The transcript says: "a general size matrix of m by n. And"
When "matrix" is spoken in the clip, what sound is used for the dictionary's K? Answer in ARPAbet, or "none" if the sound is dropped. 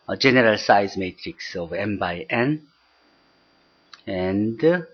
K